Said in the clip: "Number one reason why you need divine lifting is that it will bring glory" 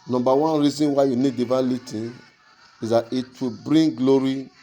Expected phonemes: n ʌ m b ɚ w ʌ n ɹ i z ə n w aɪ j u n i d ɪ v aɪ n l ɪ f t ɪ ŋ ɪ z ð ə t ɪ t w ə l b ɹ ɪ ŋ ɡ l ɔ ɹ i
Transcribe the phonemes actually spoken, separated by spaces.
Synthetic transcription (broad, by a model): n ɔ m b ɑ w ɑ n ɹ i z ə n w aɪ j u n i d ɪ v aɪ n l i t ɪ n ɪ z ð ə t ɪ t w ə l b ɹ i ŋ ɡ l ɔ ɹ i